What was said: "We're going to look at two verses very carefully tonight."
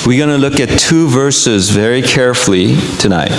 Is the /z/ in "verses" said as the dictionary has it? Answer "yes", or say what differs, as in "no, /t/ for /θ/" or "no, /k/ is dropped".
yes